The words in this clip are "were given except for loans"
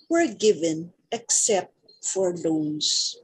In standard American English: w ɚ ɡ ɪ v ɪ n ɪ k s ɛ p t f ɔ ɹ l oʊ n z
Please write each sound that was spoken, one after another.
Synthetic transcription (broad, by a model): w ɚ ɡ ɪ v ɪ n ɪ k s ɛ p t f ɔ ɹ l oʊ n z